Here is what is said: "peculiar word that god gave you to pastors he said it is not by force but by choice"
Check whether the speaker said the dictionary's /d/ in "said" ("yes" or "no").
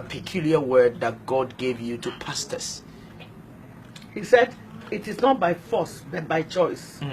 yes